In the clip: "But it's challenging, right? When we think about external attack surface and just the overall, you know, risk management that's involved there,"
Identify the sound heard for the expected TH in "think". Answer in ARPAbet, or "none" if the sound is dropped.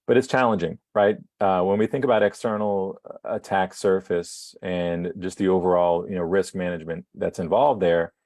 TH